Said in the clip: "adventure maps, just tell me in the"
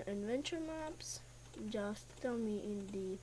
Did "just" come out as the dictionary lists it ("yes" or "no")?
yes